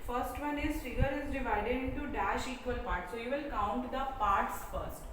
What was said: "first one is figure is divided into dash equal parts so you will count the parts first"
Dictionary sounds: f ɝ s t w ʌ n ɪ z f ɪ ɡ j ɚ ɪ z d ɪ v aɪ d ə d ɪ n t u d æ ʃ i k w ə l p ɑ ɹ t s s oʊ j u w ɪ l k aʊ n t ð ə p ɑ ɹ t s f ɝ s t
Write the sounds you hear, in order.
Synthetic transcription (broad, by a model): f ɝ s t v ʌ n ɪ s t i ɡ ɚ ɪ z d ɪ v aɪ d ə d ɪ n t u d æ ʃ i k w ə l p ɑ ɹ t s s oʊ j u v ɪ l k aʊ n t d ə p ɑ ɹ t s f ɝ s t